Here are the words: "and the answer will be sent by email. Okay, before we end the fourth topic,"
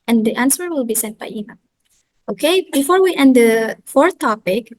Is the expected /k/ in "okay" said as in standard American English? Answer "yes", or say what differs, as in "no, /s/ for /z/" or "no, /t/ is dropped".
yes